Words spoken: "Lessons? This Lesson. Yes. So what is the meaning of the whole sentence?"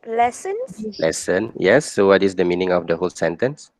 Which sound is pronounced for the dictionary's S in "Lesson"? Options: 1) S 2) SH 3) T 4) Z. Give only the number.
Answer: 1